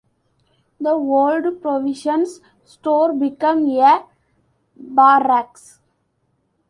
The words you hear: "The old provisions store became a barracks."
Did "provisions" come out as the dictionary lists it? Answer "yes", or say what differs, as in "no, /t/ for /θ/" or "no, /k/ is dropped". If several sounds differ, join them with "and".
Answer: no, /ʃ/ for /ʒ/